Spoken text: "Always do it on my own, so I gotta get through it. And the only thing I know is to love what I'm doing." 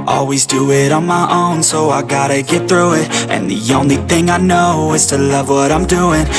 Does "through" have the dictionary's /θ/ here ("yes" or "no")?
yes